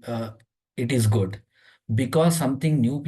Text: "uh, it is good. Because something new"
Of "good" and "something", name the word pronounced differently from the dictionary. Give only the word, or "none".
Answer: something